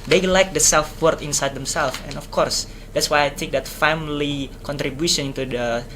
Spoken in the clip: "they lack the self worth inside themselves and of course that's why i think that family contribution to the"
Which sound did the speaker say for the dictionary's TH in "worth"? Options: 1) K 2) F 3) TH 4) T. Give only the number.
4